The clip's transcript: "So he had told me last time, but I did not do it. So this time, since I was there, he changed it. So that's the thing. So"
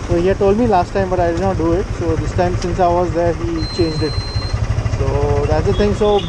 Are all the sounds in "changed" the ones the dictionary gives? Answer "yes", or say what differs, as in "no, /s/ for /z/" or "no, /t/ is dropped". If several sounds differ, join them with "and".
yes